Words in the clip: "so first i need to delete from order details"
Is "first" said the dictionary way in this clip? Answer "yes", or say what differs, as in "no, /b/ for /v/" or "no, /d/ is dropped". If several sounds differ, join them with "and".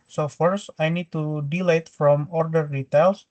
no, /t/ is dropped